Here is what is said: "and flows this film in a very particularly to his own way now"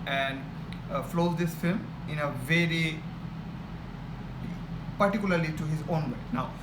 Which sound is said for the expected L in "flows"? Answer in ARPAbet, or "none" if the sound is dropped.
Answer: L